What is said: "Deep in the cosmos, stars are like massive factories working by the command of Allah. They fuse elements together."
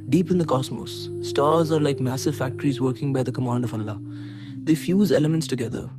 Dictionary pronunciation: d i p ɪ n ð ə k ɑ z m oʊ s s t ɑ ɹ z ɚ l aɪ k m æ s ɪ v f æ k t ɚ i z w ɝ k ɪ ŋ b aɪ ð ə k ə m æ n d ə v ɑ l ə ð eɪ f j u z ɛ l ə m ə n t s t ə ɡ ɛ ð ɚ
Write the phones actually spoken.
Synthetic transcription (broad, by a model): d i p ɪ n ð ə k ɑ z m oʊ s s t ɑ ɹ z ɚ l aɪ k m æ s ɪ v f æ k t ɚ i z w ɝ k ɪ ŋ b aɪ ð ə k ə m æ n d ə v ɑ l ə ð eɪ f j u z ɛ l ə m ə n t s t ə ɡ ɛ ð ɚ